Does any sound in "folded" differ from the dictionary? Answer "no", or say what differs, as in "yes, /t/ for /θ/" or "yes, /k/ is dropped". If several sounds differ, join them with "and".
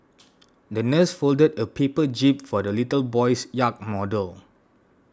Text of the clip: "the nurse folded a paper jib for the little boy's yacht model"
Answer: no